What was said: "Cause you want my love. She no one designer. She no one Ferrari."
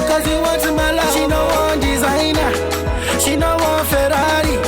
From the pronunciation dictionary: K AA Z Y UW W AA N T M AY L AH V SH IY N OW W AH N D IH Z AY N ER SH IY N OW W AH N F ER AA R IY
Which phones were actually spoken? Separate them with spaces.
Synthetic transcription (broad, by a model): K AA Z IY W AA T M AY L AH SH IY N OW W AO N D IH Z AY N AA SH IY N OW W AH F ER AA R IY